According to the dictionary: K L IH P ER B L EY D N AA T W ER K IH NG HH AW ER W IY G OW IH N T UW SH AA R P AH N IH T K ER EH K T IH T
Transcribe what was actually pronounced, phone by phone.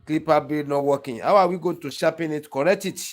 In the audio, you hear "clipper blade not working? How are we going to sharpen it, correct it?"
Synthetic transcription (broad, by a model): K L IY P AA B EY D N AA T W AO K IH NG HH AW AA W IY G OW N T UW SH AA P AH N IH T K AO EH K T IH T